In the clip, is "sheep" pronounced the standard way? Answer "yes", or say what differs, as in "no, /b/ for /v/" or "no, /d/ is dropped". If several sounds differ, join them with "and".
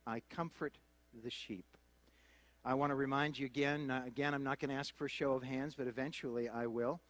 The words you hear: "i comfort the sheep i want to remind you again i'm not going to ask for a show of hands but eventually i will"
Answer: yes